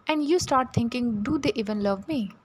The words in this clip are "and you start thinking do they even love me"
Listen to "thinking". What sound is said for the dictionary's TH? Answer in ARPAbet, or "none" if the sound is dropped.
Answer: T